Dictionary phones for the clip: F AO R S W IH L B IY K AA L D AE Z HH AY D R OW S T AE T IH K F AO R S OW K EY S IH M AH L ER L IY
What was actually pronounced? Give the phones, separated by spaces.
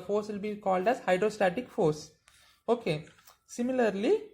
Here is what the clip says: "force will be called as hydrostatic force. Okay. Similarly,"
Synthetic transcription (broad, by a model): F AO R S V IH L B IY K AA L D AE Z HH AY D R OW S T AE T IH K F AO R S OW K EY S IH M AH L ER L IY